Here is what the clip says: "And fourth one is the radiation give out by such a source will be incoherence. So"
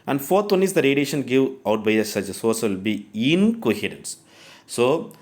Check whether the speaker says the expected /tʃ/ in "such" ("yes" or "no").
no